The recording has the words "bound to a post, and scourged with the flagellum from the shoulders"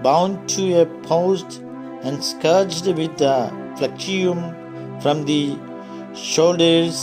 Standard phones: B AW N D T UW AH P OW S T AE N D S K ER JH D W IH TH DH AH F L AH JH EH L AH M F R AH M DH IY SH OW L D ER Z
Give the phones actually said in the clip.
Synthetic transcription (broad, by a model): B AW N D T UW AH P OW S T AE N D S K ER JH D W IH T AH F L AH CH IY AH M F R AH M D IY SH OW L D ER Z